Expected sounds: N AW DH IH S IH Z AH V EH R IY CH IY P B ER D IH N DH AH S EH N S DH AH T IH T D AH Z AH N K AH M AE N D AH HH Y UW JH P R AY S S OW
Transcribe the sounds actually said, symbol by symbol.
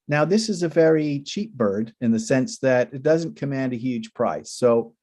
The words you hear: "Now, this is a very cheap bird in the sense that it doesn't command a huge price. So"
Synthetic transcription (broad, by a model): N AW DH IH S IH Z AH V EH R IY CH IY P B ER D IH N DH AH S EH N S DH AH T IH T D AH Z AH N K AH M AE N D AH HH Y UW JH P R AY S S OW